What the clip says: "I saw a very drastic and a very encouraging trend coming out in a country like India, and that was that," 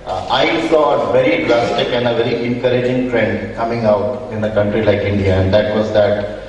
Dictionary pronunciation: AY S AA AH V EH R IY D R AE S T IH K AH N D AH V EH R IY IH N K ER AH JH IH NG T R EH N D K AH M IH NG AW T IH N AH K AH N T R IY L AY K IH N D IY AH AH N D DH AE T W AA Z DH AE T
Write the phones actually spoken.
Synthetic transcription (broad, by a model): AY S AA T V EH R IY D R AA S T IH K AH N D AH V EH R IY IH N K ER AH JH IH NG T R EH N D K AH M IH NG AW T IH N AH K AH N T R IY L AY K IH N D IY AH AH N D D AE T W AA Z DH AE T